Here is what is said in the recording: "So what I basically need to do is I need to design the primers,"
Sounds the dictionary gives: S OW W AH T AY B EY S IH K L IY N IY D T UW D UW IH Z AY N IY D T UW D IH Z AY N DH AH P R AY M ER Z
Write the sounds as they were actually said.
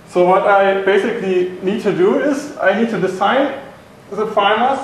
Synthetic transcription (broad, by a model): S OW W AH T AY B EY S IH K L IY N IY D T UW D UW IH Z AY N IY D T UW D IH S AY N DH AH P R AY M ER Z